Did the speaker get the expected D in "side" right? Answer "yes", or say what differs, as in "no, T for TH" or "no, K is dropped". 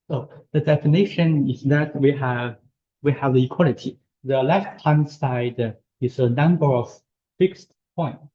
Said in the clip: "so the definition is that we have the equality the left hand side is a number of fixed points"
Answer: yes